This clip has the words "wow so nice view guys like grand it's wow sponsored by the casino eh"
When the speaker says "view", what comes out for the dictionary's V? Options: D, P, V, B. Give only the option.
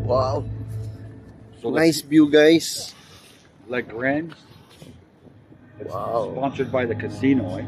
B